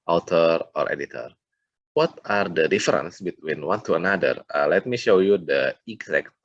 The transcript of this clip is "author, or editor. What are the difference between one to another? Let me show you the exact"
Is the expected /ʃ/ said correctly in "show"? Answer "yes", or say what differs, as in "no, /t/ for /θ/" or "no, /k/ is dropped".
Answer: yes